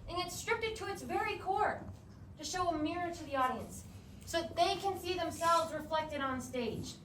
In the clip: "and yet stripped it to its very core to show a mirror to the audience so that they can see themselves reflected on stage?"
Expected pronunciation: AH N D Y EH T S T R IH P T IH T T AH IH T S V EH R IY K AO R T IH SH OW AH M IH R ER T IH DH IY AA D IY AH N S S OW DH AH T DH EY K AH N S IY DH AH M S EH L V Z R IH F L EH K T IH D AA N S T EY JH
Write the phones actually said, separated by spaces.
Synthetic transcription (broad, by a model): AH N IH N S T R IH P T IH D T AH IH T S V EH R IY K AO R T IH SH OW AH M IH R ER T IH DH IY AA D IY AH N S S OW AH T DH EY K AH N S IY DH AH M S EH L V Z R IH F L EH K T IH D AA N S T EY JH